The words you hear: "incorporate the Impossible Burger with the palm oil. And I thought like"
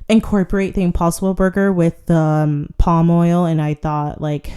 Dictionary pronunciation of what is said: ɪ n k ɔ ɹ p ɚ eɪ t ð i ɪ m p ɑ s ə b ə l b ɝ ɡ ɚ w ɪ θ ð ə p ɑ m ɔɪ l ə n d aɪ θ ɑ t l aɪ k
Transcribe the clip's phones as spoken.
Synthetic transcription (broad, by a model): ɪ n k ɔ ɹ p ɚ eɪ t ð i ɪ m p ɑ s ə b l b ɝ ɡ ɚ w ɪ ð ə p ɑ m ɔɪ l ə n aɪ θ ɑ t l aɪ k